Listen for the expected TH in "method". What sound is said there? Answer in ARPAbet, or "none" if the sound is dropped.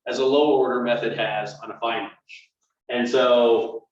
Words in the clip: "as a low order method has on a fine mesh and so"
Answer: TH